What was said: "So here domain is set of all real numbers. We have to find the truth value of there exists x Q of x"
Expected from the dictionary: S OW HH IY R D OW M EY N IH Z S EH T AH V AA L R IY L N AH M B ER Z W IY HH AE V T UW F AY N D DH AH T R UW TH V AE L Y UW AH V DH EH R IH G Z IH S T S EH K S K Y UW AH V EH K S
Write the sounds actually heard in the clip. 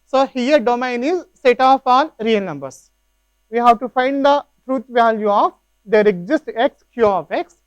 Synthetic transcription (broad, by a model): S OW HH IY R D OW M EY N IH Z S EH T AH F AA N R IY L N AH M B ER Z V IY HH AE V T UW F AY N D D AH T R UW T V AE L Y UW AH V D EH R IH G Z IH S T EH K S K Y UW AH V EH K S